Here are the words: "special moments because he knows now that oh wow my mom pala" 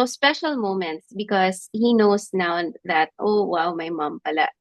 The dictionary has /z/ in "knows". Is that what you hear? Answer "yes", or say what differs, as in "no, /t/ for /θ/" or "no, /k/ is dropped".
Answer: no, /s/ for /z/